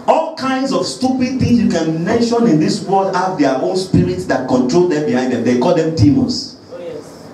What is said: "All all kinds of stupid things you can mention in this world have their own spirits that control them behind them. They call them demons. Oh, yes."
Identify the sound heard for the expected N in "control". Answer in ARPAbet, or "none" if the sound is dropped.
N